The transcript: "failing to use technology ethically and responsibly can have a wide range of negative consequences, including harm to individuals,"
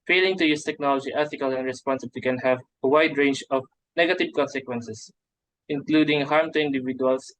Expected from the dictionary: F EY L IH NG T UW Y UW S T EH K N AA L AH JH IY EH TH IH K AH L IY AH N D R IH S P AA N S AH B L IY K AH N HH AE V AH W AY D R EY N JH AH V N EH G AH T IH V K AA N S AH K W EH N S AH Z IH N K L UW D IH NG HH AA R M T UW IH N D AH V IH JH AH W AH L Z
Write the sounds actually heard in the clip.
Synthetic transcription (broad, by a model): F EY L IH NG T UW Y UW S T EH K N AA L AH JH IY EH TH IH K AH L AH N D R IH S P AA N S AH B L IY K AH N HH AE V AH W AY D R EY N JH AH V N EH G AH T IH V K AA N S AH K W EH N S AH S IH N K L UW D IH NG HH AA R M T UW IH N D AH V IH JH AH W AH L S